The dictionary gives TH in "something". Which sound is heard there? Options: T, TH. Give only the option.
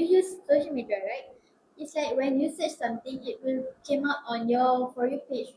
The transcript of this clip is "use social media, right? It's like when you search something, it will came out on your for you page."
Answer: T